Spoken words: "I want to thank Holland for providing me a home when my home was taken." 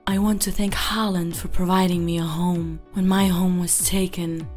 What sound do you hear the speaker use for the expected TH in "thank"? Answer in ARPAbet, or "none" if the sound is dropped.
TH